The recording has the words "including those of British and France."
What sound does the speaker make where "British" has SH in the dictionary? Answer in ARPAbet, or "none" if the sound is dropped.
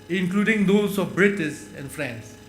S